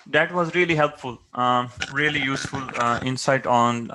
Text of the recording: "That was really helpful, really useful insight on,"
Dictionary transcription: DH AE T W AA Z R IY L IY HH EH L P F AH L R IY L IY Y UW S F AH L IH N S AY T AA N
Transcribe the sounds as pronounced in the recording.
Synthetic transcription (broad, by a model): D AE T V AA Z R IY L IY HH EH L P F AH L R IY L IY Y UW S F AH L IH N S AY T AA N